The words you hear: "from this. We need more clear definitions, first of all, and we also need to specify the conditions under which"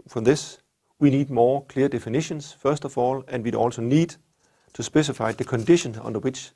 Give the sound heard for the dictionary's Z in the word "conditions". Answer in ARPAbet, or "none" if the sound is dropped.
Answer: none